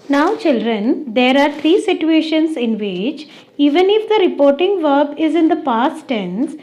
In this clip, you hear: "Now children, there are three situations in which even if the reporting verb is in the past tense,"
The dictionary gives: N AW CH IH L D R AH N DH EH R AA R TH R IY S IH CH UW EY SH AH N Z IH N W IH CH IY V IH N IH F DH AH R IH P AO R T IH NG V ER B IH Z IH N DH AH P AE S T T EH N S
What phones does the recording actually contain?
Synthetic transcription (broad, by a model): N AW CH IH L D R AH N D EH R AA R T R IY S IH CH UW EY SH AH N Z IH N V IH CH IY V IH N IH F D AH R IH P AO R T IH NG V ER B IH Z IH N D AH P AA S T T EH N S